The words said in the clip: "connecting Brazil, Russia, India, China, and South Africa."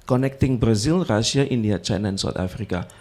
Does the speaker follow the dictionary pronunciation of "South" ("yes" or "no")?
no